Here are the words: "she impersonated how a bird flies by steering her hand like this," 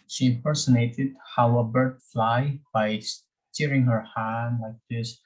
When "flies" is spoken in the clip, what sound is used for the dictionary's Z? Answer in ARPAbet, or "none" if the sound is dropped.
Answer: none